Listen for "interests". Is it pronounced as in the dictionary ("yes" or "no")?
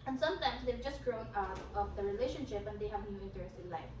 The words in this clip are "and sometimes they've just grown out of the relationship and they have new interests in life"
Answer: no